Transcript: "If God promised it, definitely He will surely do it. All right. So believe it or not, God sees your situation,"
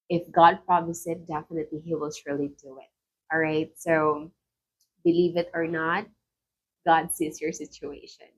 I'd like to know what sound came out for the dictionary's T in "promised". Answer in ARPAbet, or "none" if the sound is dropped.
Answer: none